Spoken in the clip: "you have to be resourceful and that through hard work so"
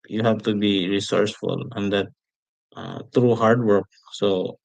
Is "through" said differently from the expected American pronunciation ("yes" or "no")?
yes